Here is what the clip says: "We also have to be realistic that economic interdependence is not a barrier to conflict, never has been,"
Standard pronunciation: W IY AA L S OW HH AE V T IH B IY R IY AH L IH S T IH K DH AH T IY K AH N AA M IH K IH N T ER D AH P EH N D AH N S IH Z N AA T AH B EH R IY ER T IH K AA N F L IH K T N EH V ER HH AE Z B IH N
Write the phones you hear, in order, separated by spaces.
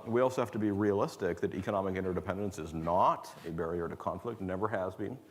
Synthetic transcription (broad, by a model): W IY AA L S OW HH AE F T IH B IY R IY AH L IH S T IH K DH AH T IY K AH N AA M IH K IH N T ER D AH P EH N D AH N S IH Z N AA T AH B EH R IY ER T IH K AA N F L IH K T N EH V ER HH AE Z B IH N